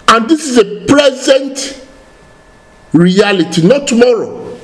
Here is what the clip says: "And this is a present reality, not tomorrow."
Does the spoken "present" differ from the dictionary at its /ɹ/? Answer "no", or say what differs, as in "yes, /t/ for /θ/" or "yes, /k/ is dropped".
yes, /l/ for /ɹ/